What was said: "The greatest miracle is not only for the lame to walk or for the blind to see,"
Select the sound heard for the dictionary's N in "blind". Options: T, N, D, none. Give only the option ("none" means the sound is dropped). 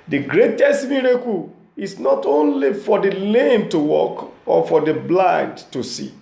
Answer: N